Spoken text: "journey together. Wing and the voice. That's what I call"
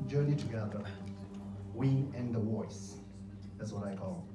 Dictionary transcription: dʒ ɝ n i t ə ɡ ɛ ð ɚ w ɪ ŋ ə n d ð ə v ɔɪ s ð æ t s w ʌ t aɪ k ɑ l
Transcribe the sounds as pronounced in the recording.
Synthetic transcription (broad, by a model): dʒ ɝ n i t ə ɡ ɛ ð ɚ w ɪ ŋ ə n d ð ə w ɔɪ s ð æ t s w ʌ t aɪ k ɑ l